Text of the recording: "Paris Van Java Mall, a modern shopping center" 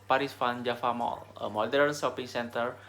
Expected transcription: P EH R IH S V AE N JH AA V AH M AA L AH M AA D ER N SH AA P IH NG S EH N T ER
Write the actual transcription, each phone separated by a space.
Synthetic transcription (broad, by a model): P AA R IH S F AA N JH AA F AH M AA L AH M AA D ER N S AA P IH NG S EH N T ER